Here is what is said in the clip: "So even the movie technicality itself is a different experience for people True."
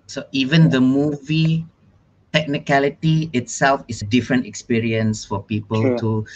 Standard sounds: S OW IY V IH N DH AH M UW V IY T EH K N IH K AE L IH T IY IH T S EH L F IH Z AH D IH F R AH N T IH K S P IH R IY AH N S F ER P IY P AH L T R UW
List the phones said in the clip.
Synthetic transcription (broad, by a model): S OW IY V IH N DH AH M UW V IY T EH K N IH K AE L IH T IY IH T S EH L F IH S AH D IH F R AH N T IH K S P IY R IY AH N S F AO P IY P AH L T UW